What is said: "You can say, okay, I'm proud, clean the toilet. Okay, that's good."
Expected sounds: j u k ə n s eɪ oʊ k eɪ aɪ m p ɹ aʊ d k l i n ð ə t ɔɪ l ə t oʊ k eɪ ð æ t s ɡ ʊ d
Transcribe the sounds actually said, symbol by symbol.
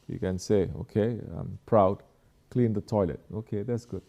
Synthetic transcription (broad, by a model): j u k ə n s eɪ oʊ k eɪ aɪ m p ɹ aʊ d k l i n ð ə t ɔɪ l ə t oʊ k eɪ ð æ t s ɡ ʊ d